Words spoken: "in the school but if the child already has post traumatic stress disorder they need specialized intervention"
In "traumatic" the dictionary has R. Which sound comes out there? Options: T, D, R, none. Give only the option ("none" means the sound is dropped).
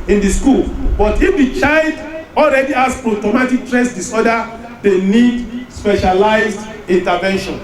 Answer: none